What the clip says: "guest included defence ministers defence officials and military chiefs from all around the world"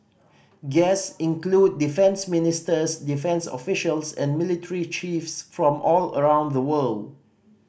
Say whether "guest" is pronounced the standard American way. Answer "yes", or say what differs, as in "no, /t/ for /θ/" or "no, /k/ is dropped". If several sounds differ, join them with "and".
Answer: no, /t/ is dropped